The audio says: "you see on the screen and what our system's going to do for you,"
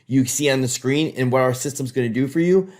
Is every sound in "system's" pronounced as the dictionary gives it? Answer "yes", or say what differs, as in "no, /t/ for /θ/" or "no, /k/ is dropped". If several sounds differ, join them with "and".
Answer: yes